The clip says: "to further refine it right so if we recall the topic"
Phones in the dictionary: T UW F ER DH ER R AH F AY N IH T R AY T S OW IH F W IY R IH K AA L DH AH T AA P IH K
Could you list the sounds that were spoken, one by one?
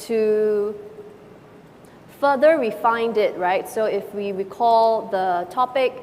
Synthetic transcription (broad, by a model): T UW F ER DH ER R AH F AY N IH T R AY T S OW IH F W IY W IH K AA L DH AH T AA P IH K